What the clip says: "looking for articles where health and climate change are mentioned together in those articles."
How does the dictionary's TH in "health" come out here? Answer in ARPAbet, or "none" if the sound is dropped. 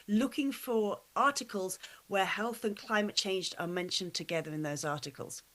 TH